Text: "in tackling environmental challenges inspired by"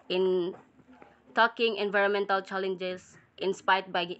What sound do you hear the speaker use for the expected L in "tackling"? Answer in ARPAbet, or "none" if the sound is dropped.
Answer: none